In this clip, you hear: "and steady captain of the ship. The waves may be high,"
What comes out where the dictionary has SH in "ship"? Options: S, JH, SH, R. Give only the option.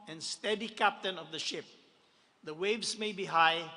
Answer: SH